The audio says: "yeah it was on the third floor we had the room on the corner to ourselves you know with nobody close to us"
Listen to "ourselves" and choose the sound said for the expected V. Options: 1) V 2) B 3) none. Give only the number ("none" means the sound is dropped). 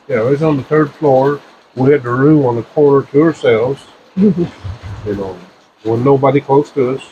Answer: 1